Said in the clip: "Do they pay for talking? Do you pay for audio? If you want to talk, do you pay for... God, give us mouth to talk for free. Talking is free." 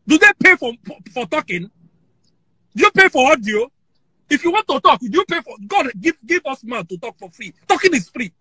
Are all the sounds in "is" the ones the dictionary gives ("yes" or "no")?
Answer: no